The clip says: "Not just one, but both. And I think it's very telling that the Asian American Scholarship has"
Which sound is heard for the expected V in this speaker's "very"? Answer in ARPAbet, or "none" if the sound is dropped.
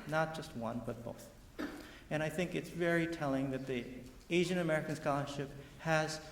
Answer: V